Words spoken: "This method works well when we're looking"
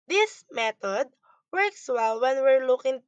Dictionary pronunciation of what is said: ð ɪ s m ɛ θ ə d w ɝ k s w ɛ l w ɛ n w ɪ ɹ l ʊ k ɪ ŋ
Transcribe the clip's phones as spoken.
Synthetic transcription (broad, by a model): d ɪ s m ɛ t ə d w ɝ k s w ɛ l w ɛ n w ɪ ɹ l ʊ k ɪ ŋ